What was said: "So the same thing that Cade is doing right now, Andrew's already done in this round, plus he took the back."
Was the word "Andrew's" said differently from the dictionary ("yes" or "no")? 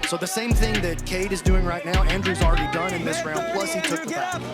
no